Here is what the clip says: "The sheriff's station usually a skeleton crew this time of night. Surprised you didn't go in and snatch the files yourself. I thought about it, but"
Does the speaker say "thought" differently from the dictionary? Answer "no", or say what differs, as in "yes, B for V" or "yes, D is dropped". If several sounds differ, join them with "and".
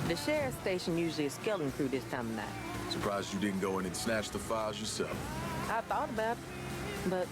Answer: no